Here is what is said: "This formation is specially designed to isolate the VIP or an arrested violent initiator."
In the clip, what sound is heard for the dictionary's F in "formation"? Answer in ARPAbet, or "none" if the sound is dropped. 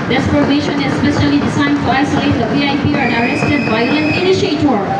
P